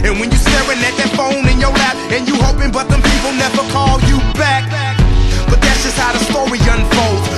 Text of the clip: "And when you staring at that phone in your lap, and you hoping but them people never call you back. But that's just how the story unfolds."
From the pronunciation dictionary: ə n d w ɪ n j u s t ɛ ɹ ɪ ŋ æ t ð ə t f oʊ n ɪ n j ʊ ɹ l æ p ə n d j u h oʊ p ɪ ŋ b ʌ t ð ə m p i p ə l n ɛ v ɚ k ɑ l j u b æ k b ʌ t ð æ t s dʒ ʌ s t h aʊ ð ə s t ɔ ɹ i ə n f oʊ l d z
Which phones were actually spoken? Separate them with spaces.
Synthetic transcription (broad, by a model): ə n w ɪ n j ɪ s t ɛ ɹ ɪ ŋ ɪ t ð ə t f oʊ n ɪ n j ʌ ɹ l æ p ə n j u h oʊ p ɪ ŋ b ʌ t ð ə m p i p l n ɛ v ɚ k ɑ l j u b æ k b ʌ t ð æ t s dʒ ʌ s t h aʊ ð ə s t ɔ ɹ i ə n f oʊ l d